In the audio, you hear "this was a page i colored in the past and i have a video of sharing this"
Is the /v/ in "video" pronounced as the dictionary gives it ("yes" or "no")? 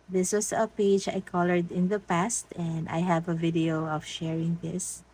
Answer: yes